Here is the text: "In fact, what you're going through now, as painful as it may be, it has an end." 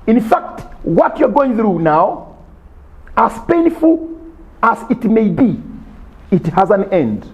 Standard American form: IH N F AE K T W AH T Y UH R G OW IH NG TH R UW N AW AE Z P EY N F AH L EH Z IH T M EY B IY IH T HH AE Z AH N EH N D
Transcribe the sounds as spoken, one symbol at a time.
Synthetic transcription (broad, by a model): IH N F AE K T W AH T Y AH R G OW IH NG TH R UW N AW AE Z P EY N F AH L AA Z IH T M EY B IY IH T HH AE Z AH N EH N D